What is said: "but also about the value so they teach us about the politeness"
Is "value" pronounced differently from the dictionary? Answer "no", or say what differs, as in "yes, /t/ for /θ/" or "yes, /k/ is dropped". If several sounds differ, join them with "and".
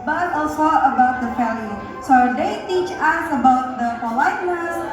yes, /f/ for /v/